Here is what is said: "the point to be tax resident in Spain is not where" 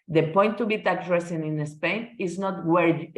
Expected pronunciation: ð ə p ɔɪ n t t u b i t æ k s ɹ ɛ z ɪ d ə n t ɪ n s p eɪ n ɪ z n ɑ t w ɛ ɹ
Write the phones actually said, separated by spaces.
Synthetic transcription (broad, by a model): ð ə p ɔɪ n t t u b i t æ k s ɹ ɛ s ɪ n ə n ɪ s p eɪ n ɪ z n ɑ t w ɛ ɹ